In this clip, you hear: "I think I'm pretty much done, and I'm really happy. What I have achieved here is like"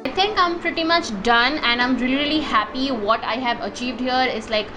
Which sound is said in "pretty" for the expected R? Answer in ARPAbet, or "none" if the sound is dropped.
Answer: R